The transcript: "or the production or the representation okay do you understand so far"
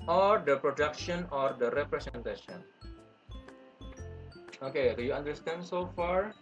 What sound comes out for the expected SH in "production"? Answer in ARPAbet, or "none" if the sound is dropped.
SH